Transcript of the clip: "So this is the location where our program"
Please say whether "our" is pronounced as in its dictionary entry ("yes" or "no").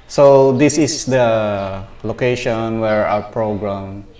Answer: no